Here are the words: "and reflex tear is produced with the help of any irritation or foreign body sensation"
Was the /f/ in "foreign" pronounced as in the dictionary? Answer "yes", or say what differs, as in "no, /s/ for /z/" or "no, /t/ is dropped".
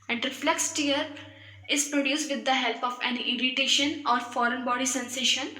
yes